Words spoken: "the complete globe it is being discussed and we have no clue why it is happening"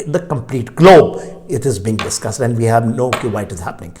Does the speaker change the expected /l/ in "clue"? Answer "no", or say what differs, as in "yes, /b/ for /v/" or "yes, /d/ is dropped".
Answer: yes, /l/ is dropped